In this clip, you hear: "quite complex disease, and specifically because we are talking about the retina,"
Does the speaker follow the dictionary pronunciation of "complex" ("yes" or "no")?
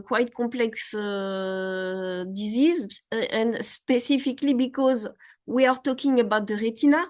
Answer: no